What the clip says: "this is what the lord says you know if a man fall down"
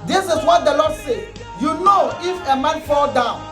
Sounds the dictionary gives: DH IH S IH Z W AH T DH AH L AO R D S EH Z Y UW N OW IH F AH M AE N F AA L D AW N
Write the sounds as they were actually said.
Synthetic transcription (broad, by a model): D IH S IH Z W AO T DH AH L AO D S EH Y UW N OW IH F AH M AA N F AA L D AW N